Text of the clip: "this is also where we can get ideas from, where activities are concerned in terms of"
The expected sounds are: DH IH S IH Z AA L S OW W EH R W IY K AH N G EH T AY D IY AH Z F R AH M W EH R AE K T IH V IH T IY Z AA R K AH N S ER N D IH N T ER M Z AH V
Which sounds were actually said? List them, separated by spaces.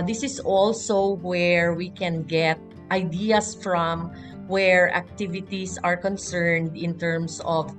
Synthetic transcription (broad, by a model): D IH S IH S AA L S OW W EH R W IY K AH N G EH T AY D IY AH S F R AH M W EH R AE K T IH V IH T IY S AA R K AH N S ER N D IH N T ER M S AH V